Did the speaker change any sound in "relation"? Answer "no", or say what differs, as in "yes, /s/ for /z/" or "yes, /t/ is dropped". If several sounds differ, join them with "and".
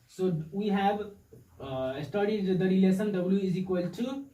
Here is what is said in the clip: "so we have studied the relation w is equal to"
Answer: yes, /s/ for /ʃ/